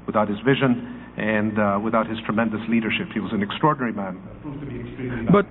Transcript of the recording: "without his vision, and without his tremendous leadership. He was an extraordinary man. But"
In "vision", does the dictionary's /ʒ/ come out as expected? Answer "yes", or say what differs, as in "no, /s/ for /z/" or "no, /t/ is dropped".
yes